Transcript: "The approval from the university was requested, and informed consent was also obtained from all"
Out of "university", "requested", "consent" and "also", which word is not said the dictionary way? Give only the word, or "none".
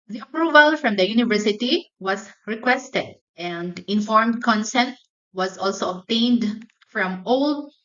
none